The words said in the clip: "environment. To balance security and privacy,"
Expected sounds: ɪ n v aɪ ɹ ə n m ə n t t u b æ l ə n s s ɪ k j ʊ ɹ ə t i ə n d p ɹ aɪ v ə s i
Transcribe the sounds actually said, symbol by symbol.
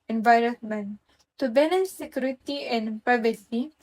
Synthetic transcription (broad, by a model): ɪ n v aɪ ɹ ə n m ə n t t u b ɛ n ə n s s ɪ k j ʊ ɹ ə t i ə n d p ɹ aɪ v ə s i